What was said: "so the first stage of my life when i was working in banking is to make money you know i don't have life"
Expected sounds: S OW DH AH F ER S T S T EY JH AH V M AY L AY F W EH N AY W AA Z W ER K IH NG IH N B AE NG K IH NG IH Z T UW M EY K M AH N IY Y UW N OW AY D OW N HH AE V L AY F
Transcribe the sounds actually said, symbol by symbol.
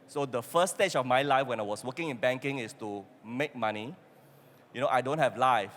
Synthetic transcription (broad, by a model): S OW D AH F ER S S T EY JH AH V M AY L AY F W EH N AY W AA S W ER K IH NG IH N B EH NG K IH NG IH S T UW M EY K M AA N IY Y UW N OW AY D OW N HH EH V L AY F